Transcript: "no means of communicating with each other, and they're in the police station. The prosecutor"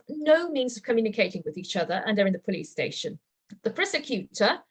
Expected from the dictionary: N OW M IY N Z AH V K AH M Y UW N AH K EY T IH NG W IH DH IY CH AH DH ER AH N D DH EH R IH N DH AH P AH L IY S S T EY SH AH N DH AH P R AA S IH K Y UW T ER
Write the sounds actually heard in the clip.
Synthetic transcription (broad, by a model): N OW M IY N Z AH V K AH M Y UW N AH K EY T IH NG W IH DH IY CH AH DH ER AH N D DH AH R IH N DH AH P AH L IY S S T EY SH AH N DH AH P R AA S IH K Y UW T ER